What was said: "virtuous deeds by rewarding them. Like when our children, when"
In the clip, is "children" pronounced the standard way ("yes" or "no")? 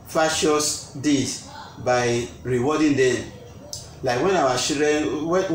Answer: no